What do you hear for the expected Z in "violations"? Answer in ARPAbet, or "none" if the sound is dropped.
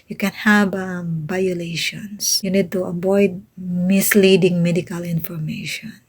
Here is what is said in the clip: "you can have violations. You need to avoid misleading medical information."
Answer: S